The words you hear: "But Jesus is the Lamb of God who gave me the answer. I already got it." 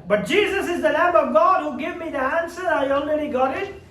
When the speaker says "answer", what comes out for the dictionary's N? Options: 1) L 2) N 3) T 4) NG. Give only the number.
2